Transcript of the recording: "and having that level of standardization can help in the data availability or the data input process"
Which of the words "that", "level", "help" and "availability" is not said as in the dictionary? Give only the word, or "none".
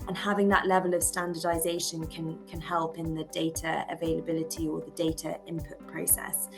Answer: none